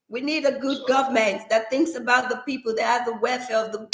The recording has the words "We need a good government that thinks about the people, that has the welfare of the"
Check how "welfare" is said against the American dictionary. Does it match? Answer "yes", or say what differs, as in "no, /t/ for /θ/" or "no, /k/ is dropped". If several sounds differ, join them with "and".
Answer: no, /l/ is dropped